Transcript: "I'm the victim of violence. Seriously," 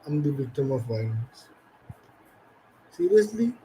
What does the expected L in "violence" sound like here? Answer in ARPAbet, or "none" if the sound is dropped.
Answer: none